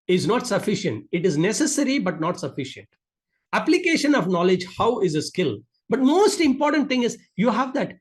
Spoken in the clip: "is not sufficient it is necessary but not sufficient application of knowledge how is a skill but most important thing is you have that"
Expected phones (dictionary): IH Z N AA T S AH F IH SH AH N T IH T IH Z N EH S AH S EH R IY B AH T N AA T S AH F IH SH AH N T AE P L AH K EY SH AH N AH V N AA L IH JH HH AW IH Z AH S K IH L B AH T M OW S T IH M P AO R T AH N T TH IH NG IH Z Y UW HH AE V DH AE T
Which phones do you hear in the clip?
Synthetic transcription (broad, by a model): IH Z N AA T S AH F IH SH AH N T IH T IH Z N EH S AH S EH R IY B AH T N AA T S AH F IH SH AH N T AE P L AH K EY SH AH N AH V N AA L IH JH HH AW IH Z AH S K IH L B AH T M OW S T IH M P AO R T AH N T T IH NG IH Z Y UW HH AE V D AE T